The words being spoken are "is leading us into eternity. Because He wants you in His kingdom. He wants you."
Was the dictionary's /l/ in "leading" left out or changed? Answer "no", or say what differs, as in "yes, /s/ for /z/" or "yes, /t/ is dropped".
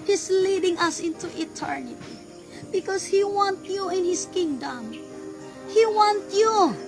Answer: no